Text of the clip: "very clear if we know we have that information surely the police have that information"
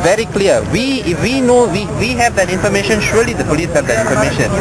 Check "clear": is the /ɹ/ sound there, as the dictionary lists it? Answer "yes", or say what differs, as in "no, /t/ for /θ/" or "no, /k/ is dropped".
no, /w/ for /ɹ/